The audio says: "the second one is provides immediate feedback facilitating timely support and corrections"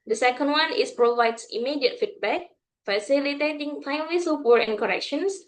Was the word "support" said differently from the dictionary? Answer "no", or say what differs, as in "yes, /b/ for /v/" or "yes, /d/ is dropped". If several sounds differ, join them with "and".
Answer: yes, /t/ is dropped